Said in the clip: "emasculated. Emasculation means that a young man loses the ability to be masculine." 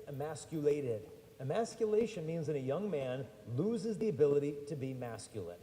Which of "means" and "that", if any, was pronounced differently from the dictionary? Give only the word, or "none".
none